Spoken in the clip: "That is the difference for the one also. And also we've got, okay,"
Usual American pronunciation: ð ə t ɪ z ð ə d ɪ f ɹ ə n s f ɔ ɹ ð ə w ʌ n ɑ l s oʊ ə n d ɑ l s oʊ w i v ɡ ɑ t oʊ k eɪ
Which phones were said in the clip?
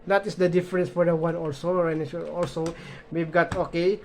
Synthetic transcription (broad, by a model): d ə t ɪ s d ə d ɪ f ɹ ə n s f ɔ ɹ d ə w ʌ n ɑ l s oʊ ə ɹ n ɑ l s oʊ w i b ɡ ɑ t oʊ k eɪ